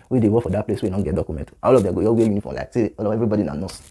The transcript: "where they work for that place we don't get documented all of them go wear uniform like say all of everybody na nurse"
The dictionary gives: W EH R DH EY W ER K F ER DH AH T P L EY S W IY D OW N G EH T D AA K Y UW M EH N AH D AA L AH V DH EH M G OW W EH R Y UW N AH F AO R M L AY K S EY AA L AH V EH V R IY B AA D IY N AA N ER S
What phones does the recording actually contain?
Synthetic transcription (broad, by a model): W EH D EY W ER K F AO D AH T P L EY S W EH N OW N G EH T D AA K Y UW M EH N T AA L AH V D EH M G OW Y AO W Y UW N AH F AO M L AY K S EY AA L AH V EH V R IY B AA D IY N AA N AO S